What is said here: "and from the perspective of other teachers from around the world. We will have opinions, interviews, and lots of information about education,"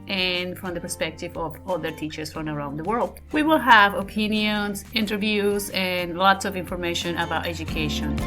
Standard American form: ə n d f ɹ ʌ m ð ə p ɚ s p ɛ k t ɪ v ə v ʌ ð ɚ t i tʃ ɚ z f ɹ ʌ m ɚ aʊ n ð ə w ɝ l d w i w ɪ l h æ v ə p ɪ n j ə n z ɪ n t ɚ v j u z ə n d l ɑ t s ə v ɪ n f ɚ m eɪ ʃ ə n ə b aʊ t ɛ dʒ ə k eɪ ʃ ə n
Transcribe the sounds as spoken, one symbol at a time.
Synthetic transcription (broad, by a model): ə n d f ɹ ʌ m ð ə p ɚ s p ɛ k t ɪ v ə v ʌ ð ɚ t i tʃ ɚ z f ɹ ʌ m ɚ aʊ n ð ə w ɝ l d w i w ɪ l h æ v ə p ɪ n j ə n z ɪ n t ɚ v j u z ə n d l ɑ t s ə v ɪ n f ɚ m eɪ ʃ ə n ə b aʊ t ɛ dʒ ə k eɪ ʃ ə n